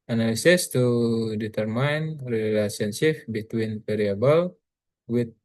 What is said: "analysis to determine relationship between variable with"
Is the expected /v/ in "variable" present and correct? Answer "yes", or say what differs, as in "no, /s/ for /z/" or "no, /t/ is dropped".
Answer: no, /p/ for /v/